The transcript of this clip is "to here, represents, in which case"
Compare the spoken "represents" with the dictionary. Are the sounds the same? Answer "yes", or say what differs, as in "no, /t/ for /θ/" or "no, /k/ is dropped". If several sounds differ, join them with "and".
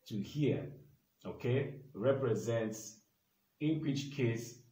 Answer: yes